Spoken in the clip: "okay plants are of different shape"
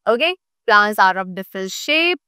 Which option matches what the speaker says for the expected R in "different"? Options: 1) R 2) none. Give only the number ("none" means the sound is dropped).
2